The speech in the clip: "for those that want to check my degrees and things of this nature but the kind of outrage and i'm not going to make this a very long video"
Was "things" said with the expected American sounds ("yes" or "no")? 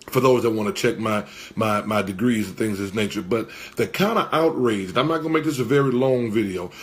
yes